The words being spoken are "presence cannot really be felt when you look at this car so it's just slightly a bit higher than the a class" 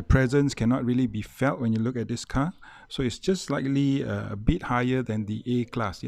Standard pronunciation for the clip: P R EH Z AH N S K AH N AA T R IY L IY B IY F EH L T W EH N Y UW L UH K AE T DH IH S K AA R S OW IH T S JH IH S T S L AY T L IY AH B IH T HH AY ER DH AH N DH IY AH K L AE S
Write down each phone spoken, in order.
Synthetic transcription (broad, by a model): P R EH Z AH N S K AH N AA T R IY L IY B IY F EH L T W EH N Y UW L UH K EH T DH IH S K AA S OW IH T S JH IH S S L AY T L IY AH B IH T HH AY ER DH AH N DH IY AH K L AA S